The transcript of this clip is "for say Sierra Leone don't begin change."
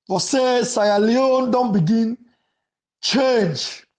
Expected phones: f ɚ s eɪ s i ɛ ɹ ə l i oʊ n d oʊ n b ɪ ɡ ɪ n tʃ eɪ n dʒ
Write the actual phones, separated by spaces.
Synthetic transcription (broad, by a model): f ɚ s eɪ s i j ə l i oʊ n d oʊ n b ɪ ɡ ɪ n tʃ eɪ n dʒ